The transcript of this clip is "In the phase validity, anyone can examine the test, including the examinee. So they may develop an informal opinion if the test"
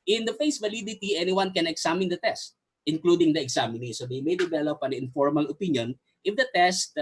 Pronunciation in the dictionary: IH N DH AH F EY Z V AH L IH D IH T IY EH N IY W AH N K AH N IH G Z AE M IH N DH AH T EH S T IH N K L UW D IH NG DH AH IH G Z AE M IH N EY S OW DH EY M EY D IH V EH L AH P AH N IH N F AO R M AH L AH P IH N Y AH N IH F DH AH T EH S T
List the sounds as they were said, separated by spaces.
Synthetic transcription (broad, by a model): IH N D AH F EY S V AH L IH D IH T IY EH N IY W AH N K AH N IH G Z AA M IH N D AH T EH S T IH N K L UW D IH NG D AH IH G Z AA M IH N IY S OW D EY M EY D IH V EH L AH P AH N IH N F AO R M AH L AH P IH N Y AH N IH F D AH T EH S T